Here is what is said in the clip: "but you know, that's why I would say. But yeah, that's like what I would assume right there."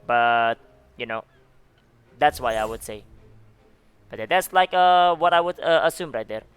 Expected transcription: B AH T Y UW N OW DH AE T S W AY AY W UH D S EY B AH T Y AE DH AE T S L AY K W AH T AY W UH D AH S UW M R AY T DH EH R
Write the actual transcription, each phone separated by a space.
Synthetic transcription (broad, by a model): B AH T Y UW N OW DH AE T S W AY AY W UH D S EY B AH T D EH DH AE T S L AY K W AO T AY W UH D AH S UW M R AY T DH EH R